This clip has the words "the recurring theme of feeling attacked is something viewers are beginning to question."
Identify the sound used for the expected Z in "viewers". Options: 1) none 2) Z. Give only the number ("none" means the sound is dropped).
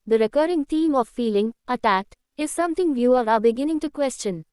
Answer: 1